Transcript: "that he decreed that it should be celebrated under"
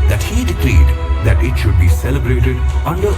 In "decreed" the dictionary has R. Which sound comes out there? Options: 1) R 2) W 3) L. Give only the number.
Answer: 3